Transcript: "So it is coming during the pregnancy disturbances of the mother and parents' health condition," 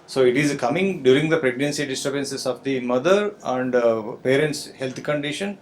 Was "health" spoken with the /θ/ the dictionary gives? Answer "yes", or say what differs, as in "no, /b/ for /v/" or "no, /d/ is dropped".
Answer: no, /t/ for /θ/